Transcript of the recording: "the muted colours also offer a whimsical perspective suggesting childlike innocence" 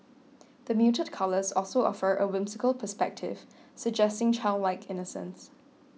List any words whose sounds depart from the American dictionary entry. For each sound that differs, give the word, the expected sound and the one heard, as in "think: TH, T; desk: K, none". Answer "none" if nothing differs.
whimsical: Z, S